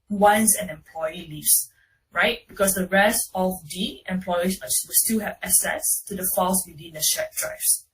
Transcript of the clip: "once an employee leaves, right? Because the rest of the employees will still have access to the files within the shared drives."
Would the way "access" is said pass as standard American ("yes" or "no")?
no